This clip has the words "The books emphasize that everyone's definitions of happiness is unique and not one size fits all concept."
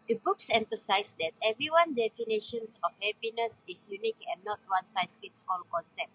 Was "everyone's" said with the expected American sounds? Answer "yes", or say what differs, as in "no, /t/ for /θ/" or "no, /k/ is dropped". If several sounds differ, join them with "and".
no, /z/ is dropped